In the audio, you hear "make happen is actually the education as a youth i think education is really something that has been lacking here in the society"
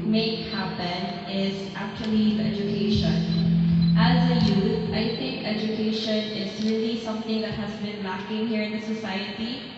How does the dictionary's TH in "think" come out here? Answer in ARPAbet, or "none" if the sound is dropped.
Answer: TH